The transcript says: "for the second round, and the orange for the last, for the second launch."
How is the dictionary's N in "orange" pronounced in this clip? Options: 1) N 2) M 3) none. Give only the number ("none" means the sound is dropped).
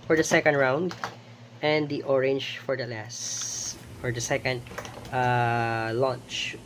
1